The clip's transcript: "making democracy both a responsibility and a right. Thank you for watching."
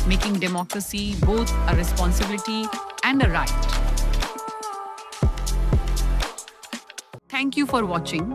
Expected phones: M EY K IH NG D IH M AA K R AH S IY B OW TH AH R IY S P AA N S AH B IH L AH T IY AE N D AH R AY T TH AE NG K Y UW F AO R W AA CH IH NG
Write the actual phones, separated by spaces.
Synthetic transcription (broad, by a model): M EY K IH NG D IH M AA K R AH S IY B OW T AH R IY S P AA N S AH B IH L AH T IY AE N D AH R AY T T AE NG K Y UW F AO R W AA CH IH NG